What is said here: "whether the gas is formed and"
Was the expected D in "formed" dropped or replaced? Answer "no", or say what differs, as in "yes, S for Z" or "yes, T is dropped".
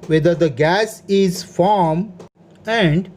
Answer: yes, D is dropped